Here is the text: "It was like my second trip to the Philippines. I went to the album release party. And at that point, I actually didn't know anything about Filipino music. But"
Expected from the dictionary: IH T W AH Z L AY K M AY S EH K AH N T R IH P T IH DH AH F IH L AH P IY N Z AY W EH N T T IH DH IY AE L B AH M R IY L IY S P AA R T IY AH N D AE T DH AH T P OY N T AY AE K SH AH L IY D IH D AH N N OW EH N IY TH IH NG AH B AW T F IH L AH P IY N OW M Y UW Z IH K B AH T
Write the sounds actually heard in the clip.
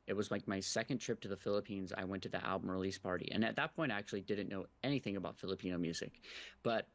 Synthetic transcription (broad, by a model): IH T W AH Z L AY K M AY S EH K AH N T R IH P T IH DH AH F IH L AH P IY N Z AY W EH N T T IH DH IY AE L B AH M R IY L IY S P AA R T IY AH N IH T DH AH T P OY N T AY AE K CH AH L IY D IH D N N OW EH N IY TH IH NG AH B AW T F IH L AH P IY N OW M Y UW Z IH K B AH T